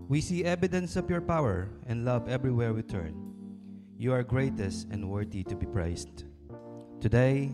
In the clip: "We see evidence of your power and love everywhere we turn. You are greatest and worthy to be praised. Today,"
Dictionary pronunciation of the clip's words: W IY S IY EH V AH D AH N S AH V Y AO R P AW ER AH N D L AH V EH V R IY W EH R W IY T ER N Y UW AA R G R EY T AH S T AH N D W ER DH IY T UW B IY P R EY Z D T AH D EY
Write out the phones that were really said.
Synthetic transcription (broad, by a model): W IY S IY EH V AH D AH N S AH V Y AO R P AW ER AH N D L AH V EH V R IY W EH R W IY T ER N Y UW AA R G R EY T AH S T AH N D W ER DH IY T UW B IY P R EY S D T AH D EY